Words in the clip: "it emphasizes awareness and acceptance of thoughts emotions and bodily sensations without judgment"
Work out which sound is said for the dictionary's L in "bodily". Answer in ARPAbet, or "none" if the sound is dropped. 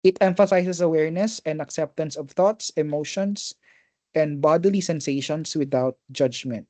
L